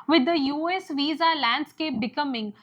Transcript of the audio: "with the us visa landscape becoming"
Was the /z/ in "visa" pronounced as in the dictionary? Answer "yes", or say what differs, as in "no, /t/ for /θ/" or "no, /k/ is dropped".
yes